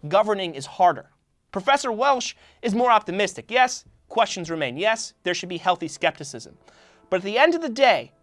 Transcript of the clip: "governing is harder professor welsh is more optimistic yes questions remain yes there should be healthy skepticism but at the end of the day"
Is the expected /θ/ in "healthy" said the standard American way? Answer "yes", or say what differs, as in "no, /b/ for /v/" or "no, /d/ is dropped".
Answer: yes